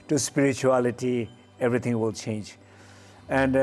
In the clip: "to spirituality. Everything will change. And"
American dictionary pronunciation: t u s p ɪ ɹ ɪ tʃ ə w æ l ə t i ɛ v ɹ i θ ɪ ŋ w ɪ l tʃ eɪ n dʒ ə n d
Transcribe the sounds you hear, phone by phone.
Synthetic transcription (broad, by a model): t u s p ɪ ɹ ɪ tʃ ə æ l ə t i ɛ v ɹ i t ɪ ŋ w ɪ l tʃ eɪ n dʒ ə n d